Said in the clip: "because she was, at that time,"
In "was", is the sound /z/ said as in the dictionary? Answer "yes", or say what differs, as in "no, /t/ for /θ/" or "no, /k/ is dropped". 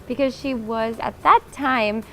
yes